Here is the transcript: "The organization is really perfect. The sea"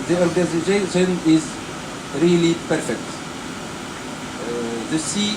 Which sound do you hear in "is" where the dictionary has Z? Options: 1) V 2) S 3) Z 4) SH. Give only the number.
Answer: 3